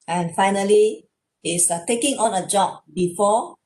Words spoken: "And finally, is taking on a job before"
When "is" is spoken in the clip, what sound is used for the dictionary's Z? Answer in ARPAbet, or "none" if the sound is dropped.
S